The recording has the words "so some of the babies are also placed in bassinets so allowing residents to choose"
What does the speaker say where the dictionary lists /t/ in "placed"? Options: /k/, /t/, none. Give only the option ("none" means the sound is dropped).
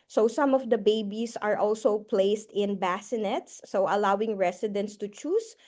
/t/